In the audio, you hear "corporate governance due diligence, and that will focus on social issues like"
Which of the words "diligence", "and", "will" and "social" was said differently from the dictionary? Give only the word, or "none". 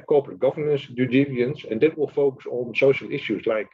diligence